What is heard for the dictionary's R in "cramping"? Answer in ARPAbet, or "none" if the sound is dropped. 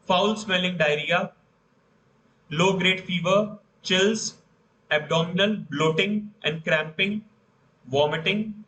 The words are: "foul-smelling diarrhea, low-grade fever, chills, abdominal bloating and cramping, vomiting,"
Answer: R